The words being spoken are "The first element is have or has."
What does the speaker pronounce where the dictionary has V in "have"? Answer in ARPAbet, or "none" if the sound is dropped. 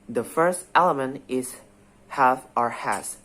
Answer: F